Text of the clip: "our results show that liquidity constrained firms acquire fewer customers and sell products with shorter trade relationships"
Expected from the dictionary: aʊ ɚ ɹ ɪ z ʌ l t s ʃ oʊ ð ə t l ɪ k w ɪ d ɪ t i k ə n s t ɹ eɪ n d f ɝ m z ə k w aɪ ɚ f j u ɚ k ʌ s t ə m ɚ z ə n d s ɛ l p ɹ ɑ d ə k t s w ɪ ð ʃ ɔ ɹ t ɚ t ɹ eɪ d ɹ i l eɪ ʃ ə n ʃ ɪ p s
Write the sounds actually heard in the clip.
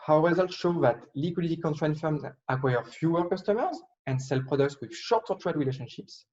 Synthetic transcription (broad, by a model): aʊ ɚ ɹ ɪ z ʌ l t ʃ oʊ ð ə t l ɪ k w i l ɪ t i k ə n t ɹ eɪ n f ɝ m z ə k w aɪ ɚ f j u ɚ k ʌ s t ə m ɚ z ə n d s ɛ l p ɹ ɑ d ə k t s w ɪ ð ʃ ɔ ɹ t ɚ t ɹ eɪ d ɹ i l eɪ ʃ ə n ʃ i p s